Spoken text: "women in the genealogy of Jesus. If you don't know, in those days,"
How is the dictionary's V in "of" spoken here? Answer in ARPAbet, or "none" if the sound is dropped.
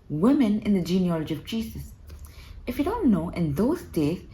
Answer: V